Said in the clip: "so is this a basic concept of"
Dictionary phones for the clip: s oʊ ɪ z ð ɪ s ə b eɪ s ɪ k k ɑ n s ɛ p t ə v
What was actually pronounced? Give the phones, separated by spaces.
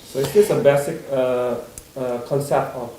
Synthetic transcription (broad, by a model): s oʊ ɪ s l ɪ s ə b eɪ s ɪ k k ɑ l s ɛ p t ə